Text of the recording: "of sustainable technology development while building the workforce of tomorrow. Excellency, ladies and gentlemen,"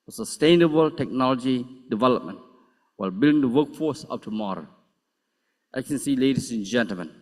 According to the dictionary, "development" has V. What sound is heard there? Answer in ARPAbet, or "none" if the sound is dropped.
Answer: V